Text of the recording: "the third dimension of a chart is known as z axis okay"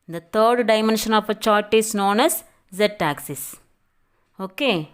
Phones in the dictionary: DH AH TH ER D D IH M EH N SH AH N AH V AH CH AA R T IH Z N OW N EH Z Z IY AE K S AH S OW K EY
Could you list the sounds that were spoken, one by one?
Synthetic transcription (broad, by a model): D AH T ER D D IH M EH N SH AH N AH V AH CH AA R T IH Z N OW N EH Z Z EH AE K S AH S OW K EY